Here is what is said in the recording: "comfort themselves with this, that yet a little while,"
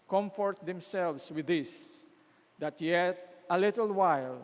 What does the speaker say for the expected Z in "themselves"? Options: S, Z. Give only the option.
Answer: S